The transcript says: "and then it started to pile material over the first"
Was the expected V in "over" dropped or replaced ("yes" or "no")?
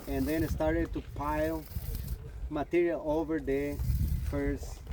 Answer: no